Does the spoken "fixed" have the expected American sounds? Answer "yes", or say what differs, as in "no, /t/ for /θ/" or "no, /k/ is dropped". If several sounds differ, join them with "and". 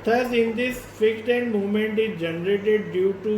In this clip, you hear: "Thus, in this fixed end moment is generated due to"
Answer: no, /s/ is dropped